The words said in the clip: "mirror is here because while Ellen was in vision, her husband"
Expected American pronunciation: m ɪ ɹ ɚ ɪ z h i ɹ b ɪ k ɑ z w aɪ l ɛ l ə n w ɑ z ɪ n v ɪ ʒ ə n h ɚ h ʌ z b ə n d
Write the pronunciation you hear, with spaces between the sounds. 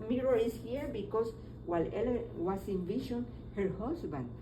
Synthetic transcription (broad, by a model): m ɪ ɹ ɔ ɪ s h i ɹ b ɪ k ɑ s w aɪ l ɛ l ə w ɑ s ɪ n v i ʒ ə n h ɚ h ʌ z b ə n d